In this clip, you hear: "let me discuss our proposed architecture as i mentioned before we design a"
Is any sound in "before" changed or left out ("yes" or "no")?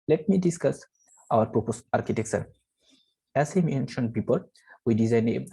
yes